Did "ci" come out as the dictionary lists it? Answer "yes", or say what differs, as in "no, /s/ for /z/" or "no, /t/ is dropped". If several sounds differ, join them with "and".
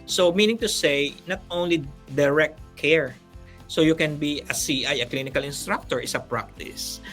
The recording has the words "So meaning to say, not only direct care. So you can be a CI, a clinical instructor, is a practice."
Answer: no, /s/ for /tʃ/